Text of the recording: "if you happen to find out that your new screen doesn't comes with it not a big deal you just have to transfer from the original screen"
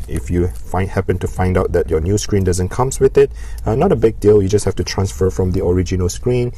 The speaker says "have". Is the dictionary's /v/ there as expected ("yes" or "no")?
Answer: no